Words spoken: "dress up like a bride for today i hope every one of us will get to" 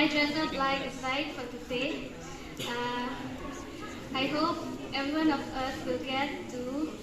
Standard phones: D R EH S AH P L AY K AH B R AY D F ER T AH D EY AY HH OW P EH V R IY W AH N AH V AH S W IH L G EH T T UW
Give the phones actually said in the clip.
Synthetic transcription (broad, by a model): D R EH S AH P L AY AH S AY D F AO T AH D EY AY HH OW P EH V R IY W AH N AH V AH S W IH L G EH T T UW